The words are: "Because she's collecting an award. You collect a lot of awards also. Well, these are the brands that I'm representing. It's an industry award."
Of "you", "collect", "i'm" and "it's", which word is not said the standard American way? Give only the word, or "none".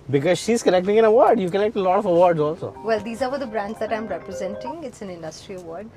collect